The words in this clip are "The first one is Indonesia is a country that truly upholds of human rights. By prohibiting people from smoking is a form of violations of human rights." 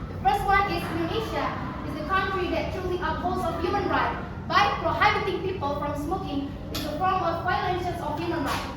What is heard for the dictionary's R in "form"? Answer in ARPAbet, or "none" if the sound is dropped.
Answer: L